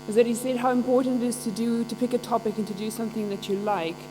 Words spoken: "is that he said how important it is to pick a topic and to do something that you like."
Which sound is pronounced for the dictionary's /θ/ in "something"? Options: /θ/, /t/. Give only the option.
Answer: /θ/